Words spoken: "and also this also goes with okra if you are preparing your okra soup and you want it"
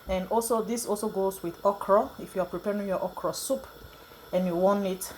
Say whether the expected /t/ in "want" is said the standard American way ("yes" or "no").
no